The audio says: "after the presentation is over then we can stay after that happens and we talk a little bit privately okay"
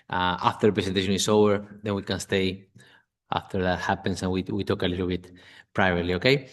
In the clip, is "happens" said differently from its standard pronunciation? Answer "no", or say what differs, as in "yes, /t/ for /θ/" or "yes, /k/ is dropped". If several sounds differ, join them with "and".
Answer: yes, /s/ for /z/